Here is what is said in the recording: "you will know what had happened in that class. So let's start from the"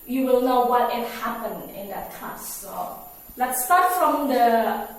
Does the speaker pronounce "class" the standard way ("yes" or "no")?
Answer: no